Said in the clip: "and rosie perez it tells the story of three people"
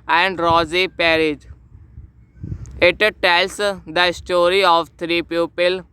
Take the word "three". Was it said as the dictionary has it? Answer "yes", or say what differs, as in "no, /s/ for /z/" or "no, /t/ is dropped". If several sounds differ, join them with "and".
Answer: no, /t/ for /θ/